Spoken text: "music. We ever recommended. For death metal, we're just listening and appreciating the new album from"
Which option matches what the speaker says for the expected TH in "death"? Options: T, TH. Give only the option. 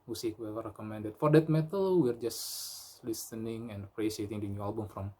T